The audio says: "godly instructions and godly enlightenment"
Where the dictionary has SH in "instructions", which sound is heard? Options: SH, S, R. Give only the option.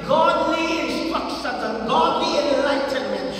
S